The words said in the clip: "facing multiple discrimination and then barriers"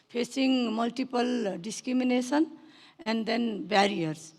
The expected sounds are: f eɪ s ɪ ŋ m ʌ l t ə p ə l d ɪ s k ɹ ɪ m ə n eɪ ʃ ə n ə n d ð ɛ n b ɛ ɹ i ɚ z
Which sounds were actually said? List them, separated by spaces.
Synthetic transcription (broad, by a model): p eɪ s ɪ ŋ m ʌ l t ə p ə l d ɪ s k ɹ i m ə n eɪ s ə n ə n d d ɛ n b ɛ ɹ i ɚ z